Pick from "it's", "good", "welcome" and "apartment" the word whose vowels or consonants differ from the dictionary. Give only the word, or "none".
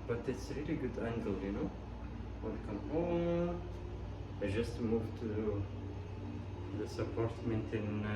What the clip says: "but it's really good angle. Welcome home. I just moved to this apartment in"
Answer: welcome